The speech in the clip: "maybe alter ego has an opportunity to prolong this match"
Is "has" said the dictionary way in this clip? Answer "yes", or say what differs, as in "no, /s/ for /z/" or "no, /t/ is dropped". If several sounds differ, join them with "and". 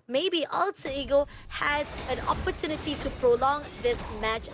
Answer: yes